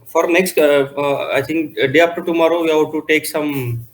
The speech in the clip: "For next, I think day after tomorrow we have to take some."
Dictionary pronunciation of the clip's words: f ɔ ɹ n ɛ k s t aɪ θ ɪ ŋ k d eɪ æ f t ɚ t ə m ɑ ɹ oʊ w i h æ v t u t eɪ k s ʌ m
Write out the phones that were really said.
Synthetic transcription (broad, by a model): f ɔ ɹ n ɛ k s t aɪ t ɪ ŋ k d eɪ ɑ p t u t ə m ɑ ɹ oʊ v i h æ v t u t eɪ k s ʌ m